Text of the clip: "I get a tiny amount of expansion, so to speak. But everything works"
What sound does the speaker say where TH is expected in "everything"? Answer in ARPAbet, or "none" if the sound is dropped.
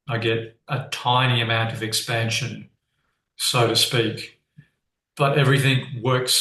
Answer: TH